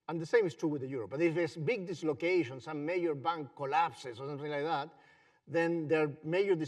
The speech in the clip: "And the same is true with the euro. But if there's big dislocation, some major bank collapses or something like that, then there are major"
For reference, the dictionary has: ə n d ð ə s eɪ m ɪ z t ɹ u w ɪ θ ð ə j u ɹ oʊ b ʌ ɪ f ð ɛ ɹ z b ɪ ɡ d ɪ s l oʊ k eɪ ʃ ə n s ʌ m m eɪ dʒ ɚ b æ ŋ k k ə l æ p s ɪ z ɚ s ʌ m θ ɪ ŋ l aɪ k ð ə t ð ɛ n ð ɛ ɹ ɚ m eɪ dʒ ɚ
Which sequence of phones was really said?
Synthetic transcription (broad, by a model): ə n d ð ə s eɪ m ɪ s t ɹ u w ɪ ð ə j u ɹ oʊ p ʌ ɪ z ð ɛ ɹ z b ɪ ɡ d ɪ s l oʊ k eɪ ʃ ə n s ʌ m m eɪ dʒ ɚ b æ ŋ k k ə l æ p s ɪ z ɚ s ʌ m θ ɪ ŋ l aɪ k ð ə t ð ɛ n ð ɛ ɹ m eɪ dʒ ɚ